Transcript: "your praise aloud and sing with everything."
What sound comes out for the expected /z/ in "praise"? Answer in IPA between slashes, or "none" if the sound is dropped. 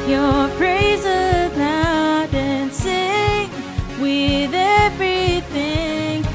/z/